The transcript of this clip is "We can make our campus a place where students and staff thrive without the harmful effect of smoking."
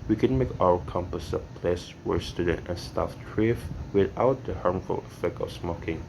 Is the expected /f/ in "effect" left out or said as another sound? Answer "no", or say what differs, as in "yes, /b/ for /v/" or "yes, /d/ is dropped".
no